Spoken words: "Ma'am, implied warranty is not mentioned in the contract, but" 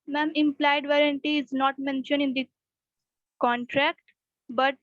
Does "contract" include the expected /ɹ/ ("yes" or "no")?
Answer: yes